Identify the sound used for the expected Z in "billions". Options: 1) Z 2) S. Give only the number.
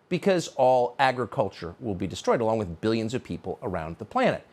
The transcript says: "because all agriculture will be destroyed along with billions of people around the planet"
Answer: 1